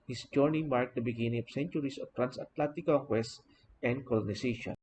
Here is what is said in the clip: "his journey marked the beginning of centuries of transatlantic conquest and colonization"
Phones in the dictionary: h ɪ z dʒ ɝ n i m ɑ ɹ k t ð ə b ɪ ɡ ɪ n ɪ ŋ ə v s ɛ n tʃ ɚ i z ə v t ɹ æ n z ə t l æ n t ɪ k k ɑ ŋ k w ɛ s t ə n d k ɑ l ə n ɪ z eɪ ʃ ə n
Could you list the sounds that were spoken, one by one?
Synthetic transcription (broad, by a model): h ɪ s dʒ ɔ n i m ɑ ɹ k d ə b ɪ ɡ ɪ n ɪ ŋ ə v s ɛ n tʃ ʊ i s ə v t ɹ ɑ n s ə t l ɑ n t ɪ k k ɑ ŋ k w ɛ s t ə n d k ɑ l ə n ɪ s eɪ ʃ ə n